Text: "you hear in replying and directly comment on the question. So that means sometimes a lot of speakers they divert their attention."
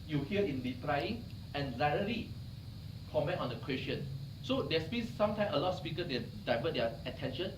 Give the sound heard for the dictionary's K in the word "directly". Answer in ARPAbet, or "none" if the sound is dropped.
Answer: none